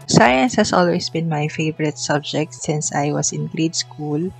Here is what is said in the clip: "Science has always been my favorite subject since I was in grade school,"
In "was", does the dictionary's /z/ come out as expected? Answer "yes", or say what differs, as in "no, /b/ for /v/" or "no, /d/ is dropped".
no, /s/ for /z/